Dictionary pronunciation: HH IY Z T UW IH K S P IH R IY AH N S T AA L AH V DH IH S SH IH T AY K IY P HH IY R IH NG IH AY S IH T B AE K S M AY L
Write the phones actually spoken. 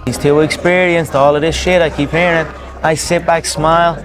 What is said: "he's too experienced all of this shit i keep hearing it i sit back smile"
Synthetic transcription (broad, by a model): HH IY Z T UW IH K S P IH R IY AH N S T AA L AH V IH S SH IH T AY K IY P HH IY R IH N IH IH S IH T B AE K S M AY L